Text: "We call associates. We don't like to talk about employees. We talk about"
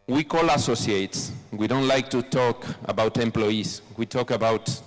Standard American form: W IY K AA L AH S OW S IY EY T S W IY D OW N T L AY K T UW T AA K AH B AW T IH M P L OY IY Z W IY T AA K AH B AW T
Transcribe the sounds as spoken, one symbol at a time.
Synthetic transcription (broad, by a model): W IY K AA L AH S OW S IY EY T S W IY D OW N T L AY K T UW T AA K AH B AW T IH M P L OY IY S W IY T AA K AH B AW T